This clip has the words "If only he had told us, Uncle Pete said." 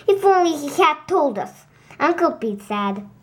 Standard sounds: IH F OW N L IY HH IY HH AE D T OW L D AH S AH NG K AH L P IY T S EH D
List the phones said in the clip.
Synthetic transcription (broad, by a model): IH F OW N L IY HH IY HH AE D T OW L D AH S AH NG K AH L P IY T S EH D